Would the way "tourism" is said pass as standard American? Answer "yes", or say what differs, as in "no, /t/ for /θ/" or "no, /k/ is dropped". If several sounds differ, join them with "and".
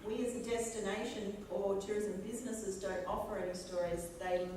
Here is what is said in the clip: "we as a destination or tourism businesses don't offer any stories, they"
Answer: yes